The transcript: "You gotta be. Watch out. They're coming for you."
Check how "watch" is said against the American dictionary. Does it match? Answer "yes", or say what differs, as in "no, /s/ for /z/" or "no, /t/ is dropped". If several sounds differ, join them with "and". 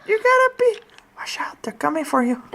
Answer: no, /ʃ/ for /tʃ/